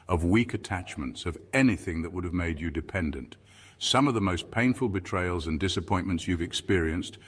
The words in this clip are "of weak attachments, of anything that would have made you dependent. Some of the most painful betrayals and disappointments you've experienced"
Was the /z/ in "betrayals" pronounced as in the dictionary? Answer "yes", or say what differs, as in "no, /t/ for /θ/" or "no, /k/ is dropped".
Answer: yes